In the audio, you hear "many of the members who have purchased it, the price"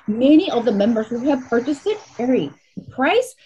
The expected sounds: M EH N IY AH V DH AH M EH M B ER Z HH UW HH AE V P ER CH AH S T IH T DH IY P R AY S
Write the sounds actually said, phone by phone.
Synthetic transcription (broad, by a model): M EH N IY AH V DH AH M EH M B ER Z HH UW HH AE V P ER CH AH S T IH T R IY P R AY S